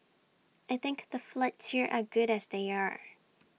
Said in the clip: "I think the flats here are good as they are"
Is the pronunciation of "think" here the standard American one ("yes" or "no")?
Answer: yes